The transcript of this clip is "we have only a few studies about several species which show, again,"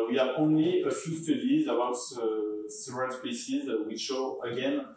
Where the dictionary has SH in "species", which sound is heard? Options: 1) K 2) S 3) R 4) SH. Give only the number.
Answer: 2